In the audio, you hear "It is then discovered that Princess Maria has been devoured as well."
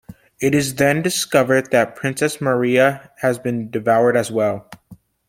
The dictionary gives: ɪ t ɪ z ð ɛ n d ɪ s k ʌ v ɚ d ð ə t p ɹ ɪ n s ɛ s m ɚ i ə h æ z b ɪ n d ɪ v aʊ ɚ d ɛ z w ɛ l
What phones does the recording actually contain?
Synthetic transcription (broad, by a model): ɪ t ɪ z ð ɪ n d ɪ s k ʌ v ɚ d ð ə t p ɹ ɪ n s ɛ s m ɚ i ə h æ z b ɪ n d ɪ v aʊ ɚ d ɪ z w ɛ l